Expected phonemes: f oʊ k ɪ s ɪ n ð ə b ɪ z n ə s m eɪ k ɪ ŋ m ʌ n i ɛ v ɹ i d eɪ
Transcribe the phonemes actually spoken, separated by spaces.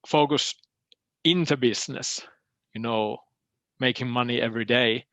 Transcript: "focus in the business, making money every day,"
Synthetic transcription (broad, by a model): f oʊ k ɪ s ɪ n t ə b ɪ s n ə s m eɪ k ɪ ŋ m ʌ n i ɛ v ɹ i d eɪ